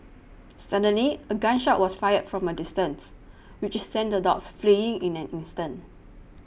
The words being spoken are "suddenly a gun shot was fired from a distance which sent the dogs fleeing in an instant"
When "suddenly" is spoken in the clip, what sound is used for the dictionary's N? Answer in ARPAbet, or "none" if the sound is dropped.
N